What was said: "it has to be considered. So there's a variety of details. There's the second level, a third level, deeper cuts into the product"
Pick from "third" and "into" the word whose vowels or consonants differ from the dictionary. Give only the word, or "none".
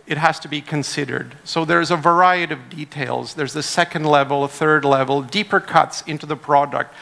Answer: none